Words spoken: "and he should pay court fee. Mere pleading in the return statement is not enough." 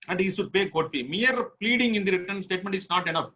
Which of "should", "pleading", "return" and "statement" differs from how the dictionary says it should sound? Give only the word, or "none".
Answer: should